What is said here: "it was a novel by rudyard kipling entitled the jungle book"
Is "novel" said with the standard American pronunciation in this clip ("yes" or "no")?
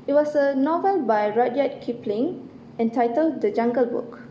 yes